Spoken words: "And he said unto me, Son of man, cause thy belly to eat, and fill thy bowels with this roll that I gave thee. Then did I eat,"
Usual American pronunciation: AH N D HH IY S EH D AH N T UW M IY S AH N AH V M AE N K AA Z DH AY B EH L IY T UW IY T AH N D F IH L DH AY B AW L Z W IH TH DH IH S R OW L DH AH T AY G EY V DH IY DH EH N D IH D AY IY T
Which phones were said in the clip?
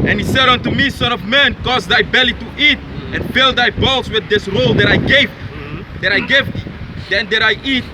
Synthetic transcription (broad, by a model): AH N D HH IY S EH D AH N T UW M IY S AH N AH V M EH N K AA Z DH AY B EH L IY T UW IY T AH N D F IH L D AY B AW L S W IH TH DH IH S R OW L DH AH T AY G EY V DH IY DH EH N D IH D AY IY T